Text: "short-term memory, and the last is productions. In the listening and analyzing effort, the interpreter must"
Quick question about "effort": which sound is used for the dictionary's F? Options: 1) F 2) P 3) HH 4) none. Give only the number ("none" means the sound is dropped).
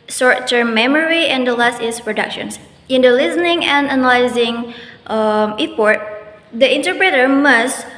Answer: 2